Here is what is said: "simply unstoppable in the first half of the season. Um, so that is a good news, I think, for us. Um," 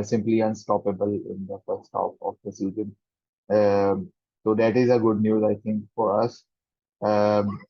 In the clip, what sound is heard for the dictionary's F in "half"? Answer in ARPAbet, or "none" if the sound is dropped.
P